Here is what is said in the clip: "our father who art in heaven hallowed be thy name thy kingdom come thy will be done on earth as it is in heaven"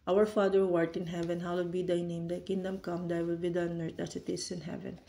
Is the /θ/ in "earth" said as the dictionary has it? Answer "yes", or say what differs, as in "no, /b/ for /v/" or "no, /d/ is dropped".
no, /t/ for /θ/